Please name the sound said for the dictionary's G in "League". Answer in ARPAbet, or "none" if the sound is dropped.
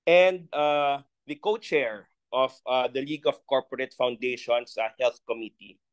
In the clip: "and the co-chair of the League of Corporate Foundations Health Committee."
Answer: G